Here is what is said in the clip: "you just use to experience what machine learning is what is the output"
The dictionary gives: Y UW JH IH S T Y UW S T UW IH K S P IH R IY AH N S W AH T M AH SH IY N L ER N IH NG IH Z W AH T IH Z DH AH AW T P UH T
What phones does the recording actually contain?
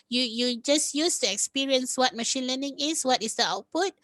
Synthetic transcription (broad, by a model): Y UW JH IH S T Y UW S T UW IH K S P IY R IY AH N S W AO T M AH SH IY N L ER N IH NG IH S W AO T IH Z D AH AW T P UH T